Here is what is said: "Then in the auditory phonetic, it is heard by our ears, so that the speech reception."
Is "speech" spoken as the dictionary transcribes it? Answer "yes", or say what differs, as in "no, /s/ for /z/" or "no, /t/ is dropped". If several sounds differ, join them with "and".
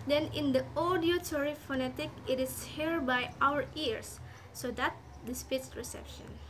no, /s/ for /tʃ/